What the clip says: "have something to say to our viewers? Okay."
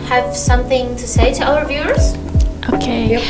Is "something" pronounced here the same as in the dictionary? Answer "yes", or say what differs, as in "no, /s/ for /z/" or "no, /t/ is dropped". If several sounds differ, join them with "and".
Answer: yes